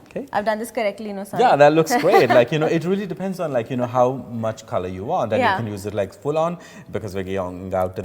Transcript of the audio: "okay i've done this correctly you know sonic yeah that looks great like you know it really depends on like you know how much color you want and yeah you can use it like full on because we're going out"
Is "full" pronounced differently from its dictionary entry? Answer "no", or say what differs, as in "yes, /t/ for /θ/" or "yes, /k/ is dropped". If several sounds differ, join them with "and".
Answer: no